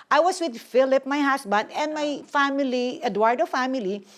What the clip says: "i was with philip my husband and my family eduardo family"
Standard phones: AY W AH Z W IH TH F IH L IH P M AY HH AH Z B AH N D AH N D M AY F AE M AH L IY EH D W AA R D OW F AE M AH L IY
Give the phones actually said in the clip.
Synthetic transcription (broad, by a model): AY W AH S W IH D F IH L IH P M AY HH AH S B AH N D AH N D M AY F AE M AH L IY EH D W AA R D OW F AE M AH L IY